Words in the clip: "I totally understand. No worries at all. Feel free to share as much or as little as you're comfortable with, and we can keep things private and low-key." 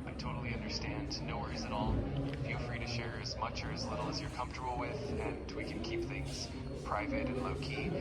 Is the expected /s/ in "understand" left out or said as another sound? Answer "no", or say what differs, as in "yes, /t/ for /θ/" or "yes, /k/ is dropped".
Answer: no